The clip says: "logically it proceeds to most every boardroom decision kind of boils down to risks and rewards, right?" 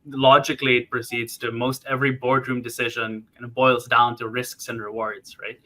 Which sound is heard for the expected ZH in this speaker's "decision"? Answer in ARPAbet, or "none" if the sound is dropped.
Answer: ZH